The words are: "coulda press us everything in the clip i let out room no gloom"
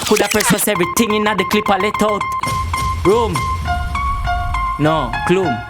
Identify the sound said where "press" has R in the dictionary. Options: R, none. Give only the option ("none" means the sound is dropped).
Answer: none